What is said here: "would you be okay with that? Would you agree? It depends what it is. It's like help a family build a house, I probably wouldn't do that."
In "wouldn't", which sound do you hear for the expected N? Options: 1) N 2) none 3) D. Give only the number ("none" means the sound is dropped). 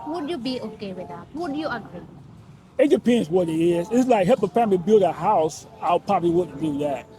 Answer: 2